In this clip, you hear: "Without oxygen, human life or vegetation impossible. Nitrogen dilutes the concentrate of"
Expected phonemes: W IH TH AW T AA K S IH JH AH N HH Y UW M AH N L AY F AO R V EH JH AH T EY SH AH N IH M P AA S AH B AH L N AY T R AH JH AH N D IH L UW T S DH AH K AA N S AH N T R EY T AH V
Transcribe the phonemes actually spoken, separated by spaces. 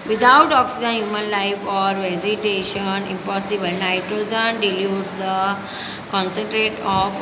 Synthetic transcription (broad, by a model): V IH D AW T AA K S IH JH AH N HH Y UW M AH N L AY F AO R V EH Z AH T EY SH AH N IH M P AA S AH B AH L N AY T R AH JH AH N D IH L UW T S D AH K AA N S AH N T R EY T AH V